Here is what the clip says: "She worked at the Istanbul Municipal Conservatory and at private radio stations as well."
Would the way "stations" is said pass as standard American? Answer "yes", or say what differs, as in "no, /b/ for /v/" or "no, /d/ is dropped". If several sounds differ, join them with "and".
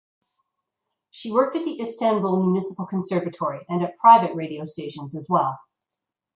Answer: yes